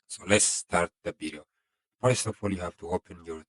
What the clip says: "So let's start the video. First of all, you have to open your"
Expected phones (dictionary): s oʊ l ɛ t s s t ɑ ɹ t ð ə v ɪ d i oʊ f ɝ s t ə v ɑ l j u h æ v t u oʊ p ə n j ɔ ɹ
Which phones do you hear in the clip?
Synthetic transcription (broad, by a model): s oʊ l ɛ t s s t ɑ ɹ t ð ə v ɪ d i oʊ p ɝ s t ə f ɑ l j u h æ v t u oʊ p ə n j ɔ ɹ